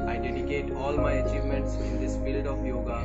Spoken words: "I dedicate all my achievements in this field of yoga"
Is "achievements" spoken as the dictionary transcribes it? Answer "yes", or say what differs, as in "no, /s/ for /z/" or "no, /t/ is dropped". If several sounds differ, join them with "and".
yes